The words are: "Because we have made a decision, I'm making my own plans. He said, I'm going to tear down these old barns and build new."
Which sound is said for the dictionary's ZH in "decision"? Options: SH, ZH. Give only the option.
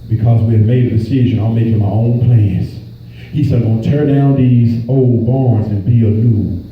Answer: ZH